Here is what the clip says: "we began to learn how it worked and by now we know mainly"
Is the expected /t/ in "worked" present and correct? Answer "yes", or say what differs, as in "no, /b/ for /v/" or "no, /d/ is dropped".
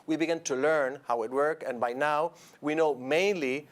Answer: no, /t/ is dropped